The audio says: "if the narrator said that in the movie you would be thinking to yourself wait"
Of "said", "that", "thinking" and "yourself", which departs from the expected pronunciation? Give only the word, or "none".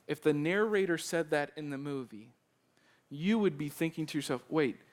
none